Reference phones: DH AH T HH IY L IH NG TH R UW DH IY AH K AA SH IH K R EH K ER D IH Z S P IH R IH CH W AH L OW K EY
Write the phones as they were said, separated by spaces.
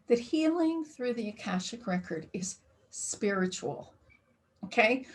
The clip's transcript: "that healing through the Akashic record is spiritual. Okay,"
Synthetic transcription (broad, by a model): DH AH T HH IY L IH NG TH R UW DH IY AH K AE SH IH K R EH K ER D IH Z S P IH R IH CH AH L OW K EY